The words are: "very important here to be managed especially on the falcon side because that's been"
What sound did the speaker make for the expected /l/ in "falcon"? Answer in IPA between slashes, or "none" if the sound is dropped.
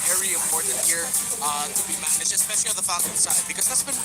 none